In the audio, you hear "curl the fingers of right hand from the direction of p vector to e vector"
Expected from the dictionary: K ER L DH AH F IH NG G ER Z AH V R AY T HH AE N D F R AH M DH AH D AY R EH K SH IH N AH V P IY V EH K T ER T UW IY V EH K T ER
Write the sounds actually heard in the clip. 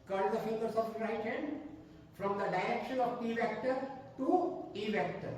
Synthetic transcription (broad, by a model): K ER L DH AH F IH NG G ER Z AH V R AY T HH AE N D F R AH M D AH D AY EH K SH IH N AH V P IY V EH K T ER T UW IY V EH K T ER